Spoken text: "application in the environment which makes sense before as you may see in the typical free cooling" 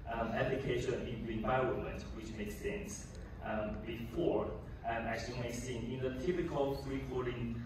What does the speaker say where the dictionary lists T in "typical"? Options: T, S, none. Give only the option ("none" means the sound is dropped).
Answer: T